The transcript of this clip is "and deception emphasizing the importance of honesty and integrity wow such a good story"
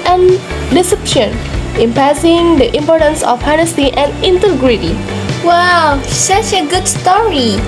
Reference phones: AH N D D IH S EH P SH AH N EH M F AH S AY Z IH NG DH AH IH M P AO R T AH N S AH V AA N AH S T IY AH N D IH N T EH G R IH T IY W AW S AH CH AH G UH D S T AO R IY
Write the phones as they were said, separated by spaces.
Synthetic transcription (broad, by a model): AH N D D IH S EH P SH AH N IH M P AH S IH NG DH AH IH M P AO R T AH N S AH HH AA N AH S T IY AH N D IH N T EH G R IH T IY W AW S AH CH AH G UH D S T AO R IY